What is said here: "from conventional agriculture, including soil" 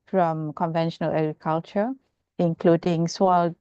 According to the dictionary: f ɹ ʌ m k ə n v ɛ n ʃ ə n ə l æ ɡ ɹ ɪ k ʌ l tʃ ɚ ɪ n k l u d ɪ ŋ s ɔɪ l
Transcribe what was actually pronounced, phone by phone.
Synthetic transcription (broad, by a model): f ɹ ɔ m k ə n v ɛ n ʃ ə n ə l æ ɡ ɹ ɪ k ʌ l tʃ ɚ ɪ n k l u d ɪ ŋ s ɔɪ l